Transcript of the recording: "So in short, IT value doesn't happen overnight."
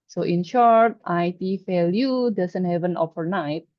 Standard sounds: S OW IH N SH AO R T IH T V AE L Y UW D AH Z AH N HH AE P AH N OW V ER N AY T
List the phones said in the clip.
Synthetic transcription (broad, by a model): S OW IH N SH AO R T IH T F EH L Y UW D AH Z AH N HH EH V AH N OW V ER N AY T